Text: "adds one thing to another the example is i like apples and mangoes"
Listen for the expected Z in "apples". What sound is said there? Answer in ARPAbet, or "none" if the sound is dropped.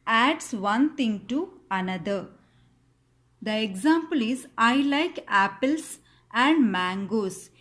S